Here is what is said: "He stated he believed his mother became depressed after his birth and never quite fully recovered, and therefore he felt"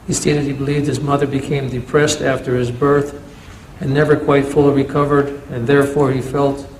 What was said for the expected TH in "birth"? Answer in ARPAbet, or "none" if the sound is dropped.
TH